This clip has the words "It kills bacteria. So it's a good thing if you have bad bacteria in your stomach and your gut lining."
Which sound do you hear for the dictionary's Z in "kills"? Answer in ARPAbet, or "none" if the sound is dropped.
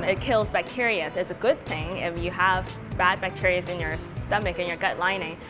Z